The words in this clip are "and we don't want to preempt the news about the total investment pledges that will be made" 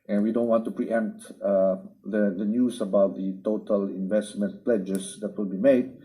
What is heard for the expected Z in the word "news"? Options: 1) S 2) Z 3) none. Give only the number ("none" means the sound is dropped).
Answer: 1